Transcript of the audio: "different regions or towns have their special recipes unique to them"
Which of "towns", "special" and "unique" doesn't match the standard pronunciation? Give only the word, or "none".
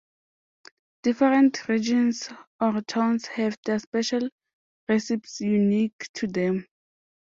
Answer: towns